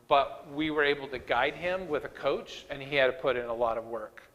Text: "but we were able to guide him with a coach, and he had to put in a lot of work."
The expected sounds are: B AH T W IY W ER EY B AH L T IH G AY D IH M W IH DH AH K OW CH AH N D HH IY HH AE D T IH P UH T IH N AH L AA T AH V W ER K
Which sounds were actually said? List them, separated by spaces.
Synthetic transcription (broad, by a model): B AH T W IY W ER EY B L T IH G AY D IH M W IH DH AH K OW CH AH N IY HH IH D T IH P UH T IH N AH L AA T AH V W ER K